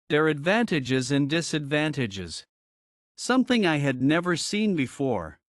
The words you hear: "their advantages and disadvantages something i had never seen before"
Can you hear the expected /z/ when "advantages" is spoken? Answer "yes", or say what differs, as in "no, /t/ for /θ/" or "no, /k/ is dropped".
yes